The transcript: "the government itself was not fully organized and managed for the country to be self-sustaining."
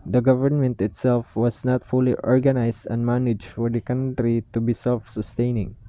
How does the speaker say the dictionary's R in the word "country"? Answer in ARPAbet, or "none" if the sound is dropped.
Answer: R